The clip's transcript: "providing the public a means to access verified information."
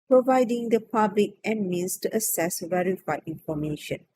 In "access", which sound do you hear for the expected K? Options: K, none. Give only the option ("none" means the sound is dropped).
none